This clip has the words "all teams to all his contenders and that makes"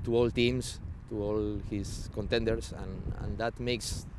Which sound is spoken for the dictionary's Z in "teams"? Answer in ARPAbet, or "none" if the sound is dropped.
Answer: S